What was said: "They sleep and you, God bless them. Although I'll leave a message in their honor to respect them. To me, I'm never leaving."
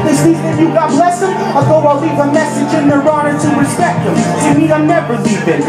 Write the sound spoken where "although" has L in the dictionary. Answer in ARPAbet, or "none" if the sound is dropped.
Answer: none